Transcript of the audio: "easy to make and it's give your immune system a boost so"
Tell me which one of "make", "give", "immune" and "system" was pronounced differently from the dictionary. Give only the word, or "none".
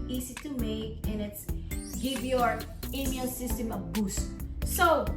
immune